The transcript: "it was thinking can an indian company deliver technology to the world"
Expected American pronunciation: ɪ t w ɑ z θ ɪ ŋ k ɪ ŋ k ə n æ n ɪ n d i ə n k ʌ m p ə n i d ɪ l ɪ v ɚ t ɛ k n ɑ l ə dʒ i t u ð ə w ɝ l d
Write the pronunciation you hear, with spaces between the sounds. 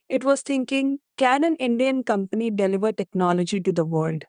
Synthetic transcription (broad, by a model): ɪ t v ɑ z t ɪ ŋ k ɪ ŋ k ə n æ n ɪ n d i ə n k ʌ m p ə n i d ɪ l ɪ v ɚ t ɛ k n ɑ l ə dʒ i t u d ə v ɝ l d